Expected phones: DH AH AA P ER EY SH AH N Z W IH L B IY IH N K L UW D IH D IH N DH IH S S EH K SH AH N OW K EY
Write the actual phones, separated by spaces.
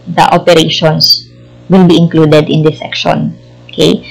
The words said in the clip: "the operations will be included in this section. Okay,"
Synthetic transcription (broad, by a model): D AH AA P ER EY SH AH N S W IH L B IY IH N K L UW D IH D IH N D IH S S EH K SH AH N OW K EY